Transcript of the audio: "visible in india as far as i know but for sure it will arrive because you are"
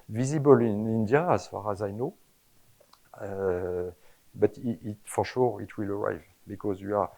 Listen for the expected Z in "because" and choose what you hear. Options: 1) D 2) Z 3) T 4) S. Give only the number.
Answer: 2